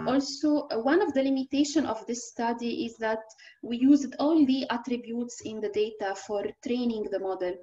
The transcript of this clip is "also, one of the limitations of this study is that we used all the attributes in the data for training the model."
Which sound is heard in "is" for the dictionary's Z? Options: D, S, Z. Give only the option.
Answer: Z